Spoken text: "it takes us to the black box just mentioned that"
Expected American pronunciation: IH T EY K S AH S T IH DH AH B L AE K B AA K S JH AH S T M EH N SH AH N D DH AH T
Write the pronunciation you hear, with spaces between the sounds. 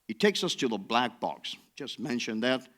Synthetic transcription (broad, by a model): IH T EY K S AH S T IH DH AH B L AE K B AA K S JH AH S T M EH N SH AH N DH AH T